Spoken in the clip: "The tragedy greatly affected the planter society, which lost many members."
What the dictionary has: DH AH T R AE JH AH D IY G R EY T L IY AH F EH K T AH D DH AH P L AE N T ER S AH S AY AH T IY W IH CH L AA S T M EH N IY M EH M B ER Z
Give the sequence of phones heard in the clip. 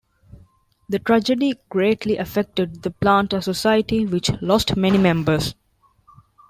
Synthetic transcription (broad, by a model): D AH T R AE JH AH D IY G R EY T L IY AH F EH K T AH D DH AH P L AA N T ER S AH S AY AH T IY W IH CH L AA S T M EH N IY M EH M B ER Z